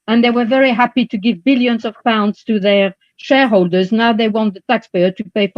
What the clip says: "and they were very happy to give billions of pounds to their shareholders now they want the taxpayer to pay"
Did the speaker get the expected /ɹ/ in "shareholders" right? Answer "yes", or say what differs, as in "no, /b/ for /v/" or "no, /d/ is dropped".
yes